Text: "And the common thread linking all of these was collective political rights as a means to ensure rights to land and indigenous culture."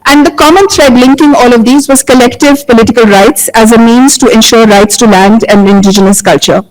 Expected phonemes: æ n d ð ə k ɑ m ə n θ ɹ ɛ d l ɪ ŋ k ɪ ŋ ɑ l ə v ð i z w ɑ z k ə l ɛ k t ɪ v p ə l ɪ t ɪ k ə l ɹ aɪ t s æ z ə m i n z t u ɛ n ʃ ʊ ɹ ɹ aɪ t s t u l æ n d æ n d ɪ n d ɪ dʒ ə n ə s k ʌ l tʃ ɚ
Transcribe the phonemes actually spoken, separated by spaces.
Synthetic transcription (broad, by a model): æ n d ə k ɑ m ə n t ɹ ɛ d l ɪ ŋ k ɪ ŋ ɑ l ə v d i z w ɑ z k ə l ɛ k t ɪ v p ə l ɪ t ɪ k ə l ɹ aɪ t s æ z ə m i n z t u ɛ n ʃ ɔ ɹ ɹ aɪ t s t u l æ n d æ n d ɪ n d ɪ dʒ ə n ə s k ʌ l tʃ ɚ